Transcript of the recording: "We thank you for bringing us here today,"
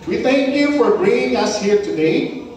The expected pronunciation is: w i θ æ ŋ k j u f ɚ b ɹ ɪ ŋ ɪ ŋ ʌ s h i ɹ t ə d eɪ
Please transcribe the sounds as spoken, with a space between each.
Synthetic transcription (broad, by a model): w i θ æ ŋ k j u f ɚ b ɹ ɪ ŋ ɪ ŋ ʌ s h i ɹ t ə d eɪ